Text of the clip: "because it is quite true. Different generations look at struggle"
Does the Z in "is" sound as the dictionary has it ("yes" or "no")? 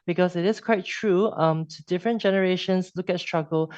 no